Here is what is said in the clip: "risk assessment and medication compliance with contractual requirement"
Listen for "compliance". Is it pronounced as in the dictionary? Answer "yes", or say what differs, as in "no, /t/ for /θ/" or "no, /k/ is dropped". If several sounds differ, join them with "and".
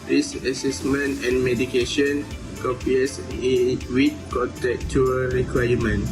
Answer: no, /m/ is dropped and /n/ is dropped